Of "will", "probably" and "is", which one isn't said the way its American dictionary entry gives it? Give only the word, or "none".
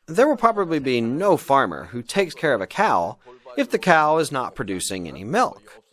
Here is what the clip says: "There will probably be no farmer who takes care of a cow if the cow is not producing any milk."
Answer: none